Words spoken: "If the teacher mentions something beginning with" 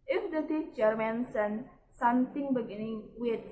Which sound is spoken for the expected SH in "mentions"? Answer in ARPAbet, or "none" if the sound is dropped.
S